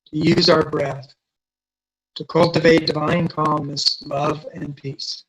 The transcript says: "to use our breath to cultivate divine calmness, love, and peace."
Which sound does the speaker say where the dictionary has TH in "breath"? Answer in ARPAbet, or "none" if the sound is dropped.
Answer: TH